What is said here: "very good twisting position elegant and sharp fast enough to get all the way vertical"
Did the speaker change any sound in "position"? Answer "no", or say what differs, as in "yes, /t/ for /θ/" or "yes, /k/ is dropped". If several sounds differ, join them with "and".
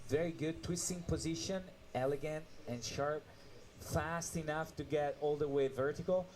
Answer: no